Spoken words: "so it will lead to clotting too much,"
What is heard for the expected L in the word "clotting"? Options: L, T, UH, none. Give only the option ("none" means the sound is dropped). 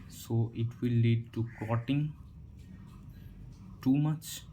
none